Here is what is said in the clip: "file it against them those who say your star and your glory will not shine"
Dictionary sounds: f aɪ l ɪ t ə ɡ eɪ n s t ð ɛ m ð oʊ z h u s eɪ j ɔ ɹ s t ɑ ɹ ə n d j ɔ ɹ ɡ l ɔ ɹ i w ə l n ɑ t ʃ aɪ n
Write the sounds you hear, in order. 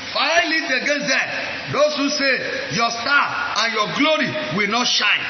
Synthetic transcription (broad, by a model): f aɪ l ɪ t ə ɡ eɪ n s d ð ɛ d oʊ s h u s eɪ j ɔ s t ɑ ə n j ɔ ɡ l ɔ ɹ i w ə l n ɑ t ʃ aɪ n